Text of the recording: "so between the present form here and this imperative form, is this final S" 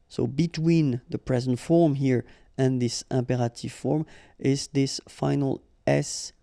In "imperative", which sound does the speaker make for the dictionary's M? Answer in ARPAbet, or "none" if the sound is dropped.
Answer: M